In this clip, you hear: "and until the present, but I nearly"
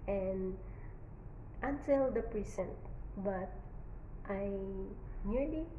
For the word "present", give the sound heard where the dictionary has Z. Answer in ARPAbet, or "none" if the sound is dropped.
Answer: S